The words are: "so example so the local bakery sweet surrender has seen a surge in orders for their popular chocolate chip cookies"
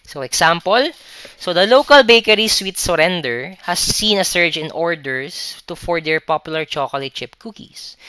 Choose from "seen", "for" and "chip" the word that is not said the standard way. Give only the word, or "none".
none